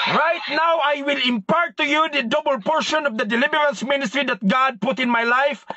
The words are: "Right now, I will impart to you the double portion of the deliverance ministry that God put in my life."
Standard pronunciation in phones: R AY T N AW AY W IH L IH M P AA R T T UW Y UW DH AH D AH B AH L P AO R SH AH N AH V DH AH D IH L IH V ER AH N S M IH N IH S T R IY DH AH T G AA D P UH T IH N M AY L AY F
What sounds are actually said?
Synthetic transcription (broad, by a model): R AY T N AW AY W IH L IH M P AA R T T UW Y UW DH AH D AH B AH L P AO R SH AH N AH V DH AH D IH L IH B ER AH N S M IH N IH S T R IY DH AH T G AA D P UH T IH N M AY L AY F